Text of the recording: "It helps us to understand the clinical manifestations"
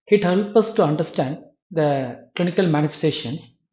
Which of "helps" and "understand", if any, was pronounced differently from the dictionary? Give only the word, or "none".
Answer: helps